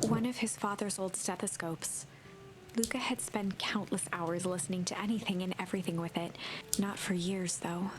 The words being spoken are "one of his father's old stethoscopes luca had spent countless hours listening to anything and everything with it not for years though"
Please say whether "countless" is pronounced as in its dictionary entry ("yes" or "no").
yes